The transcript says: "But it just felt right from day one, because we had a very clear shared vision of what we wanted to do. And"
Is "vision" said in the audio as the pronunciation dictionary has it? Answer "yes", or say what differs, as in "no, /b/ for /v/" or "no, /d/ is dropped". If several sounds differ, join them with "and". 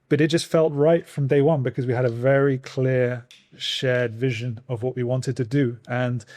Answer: yes